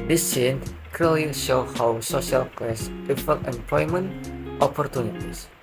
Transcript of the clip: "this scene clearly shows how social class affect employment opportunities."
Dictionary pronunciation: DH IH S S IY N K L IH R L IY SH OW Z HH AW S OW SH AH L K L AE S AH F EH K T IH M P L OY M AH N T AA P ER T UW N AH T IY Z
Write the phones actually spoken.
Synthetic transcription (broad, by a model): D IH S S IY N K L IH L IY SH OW HH AW S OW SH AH L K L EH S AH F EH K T IH M P L OY M AH N T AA P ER T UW N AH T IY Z